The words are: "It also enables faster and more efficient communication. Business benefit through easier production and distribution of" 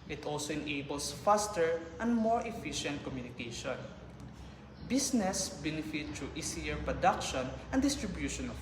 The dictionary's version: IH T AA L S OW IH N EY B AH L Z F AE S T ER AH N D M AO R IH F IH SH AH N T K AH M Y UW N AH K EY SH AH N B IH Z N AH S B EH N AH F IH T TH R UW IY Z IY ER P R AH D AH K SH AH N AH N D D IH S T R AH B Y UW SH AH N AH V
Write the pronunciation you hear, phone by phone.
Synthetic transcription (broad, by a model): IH T AA L S OW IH N EY B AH L S F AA S T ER AH N D M AO R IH F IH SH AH N T K AH M Y UW N AH K EY SH AH N B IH S N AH S B EH N AH F IH T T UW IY S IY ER P R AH D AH K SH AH N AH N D D IH S T R AH B Y UW SH AH N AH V